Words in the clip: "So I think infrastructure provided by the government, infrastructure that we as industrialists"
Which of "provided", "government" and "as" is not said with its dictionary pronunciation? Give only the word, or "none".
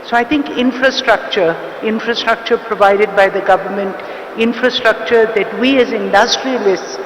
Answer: none